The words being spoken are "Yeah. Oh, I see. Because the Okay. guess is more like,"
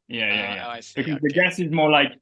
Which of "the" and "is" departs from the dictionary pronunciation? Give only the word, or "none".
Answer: none